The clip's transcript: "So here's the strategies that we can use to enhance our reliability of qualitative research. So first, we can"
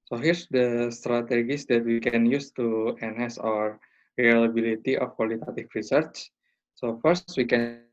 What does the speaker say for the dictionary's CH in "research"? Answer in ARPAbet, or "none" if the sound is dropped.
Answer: CH